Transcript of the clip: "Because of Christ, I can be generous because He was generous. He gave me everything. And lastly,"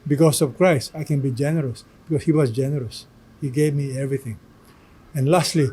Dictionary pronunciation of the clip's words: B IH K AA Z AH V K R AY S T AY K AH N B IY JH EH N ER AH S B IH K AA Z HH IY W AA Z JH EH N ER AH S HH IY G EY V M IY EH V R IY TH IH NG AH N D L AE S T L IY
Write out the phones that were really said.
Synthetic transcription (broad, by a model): B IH K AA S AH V K R AY S T AY K AH N B IY JH EH N ER AH S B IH K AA S HH IY W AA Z JH EH N ER AH S HH IY G EY V M IY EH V R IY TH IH NG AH N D L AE S T L IY